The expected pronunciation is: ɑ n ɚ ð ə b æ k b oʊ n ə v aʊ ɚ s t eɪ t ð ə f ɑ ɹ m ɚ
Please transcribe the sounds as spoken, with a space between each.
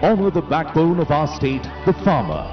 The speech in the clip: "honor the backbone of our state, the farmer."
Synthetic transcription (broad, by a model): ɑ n ɚ ð ə b æ k b oʊ n ə v aʊ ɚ s t eɪ t ð ə f ɑ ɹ m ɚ